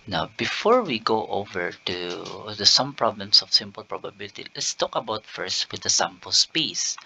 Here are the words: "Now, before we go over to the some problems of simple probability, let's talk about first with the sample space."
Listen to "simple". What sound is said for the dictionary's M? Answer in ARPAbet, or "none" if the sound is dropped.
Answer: M